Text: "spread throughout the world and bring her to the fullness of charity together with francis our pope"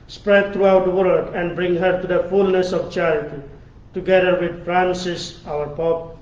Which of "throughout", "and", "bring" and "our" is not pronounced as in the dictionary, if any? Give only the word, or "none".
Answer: throughout